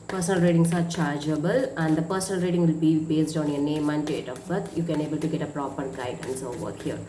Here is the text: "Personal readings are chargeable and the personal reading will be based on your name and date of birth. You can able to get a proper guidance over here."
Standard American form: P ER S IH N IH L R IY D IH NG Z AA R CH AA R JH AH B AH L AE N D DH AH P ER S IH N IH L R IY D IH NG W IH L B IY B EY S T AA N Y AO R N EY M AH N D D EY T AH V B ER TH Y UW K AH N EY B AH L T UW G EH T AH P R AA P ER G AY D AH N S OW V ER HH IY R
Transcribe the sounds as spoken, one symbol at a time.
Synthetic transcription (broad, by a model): P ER S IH N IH L R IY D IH NG S AA R CH AA R JH AH B AH L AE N D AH P ER S IH N IH L R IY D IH NG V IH L B IY B EY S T AA N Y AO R N EY M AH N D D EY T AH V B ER T Y UW K AH N EY B AH L T UW G EH T AH P R AA P ER G AY D AH N S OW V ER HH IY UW